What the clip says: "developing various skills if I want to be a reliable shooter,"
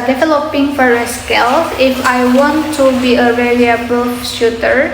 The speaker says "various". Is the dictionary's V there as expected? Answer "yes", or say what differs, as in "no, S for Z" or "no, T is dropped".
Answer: no, F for V